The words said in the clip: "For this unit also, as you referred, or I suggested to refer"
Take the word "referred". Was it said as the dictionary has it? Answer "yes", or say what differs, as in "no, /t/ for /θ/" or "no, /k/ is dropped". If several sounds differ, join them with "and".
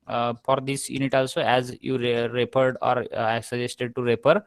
no, /p/ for /f/